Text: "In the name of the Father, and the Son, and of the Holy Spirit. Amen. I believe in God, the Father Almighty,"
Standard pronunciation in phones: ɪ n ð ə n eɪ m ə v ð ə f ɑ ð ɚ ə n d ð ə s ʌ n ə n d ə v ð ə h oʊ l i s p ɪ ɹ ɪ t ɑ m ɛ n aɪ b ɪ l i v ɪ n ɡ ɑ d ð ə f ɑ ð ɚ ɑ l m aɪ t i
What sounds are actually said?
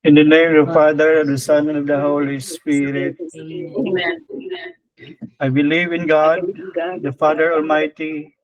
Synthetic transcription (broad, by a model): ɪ n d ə n eɪ m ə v f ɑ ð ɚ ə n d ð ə s ʌ n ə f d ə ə h oʊ l i s p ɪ ɹ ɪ t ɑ ɪ b ɪ l i v ɪ n ɡ ɑ d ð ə f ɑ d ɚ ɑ l m aɪ t i